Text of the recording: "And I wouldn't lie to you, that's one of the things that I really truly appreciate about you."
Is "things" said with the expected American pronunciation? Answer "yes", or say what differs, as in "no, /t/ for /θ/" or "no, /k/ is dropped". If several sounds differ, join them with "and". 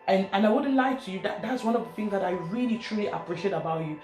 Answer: yes